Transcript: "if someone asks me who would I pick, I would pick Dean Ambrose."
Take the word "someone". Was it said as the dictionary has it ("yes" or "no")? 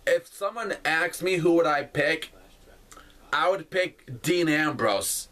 yes